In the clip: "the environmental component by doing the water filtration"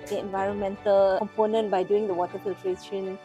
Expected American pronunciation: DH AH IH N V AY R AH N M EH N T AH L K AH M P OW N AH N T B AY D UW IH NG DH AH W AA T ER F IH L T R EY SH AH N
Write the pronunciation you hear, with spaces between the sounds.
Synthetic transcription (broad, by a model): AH IH N V AY R AH N M EH N T AH L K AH M P OW N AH N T B AY D UW IH NG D AH W AA T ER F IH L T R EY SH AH N